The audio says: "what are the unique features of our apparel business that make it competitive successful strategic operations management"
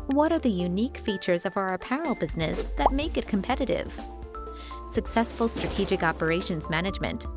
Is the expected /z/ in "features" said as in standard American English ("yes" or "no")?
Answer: yes